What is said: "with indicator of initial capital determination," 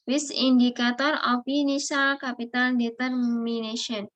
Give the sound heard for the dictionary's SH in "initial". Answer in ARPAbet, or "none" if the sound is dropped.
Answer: S